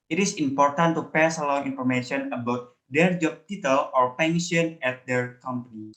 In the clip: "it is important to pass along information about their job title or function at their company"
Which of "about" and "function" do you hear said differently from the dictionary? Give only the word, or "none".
function